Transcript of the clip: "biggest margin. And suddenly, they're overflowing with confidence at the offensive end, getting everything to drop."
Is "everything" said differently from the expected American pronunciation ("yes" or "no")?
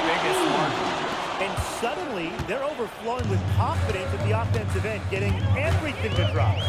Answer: no